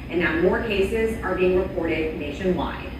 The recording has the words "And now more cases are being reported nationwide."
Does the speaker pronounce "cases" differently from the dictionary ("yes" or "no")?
no